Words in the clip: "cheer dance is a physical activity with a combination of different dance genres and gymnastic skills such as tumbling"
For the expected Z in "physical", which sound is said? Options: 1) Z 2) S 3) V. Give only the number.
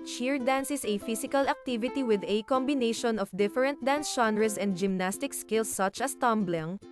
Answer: 2